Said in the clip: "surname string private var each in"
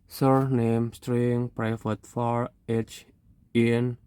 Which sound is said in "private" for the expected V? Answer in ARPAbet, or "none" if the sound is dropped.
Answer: F